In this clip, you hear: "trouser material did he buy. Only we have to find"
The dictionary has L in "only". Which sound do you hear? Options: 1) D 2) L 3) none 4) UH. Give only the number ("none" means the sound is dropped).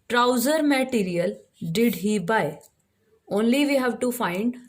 2